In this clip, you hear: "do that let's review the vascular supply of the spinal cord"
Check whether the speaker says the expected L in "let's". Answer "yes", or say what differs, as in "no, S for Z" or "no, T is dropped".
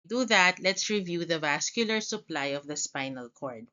yes